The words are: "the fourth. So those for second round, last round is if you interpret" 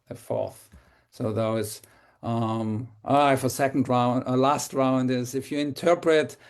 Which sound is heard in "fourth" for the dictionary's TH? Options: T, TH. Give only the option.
TH